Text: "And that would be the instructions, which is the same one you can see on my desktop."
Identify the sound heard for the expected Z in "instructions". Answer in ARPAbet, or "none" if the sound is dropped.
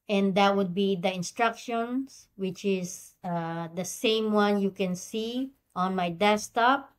S